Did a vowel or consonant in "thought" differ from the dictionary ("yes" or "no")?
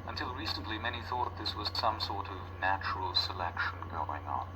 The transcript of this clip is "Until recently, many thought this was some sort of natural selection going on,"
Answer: no